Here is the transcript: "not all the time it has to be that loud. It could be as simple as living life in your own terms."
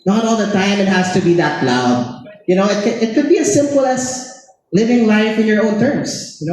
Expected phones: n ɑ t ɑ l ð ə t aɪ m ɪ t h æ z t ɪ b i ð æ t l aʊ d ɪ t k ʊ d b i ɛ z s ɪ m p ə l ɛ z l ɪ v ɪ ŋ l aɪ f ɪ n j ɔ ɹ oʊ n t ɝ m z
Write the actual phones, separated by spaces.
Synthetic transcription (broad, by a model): n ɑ t ɑ l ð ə t aɪ m ɪ t h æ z t ɪ b i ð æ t n aʊ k ɪ t k ʊ d b i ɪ s ɪ m p ə l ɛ s l ɪ v ɪ ŋ l aɪ f ɪ n j ɔ ɹ oʊ n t ɝ m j